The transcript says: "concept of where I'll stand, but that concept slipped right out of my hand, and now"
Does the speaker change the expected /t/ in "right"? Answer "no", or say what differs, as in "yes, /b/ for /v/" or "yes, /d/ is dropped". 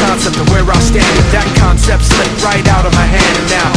no